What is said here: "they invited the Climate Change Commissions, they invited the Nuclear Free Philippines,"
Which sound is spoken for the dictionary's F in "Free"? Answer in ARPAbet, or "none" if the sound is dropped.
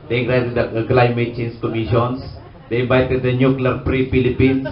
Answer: P